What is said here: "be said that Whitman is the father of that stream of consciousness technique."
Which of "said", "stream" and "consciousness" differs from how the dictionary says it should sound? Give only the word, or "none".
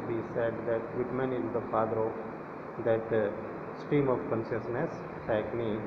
stream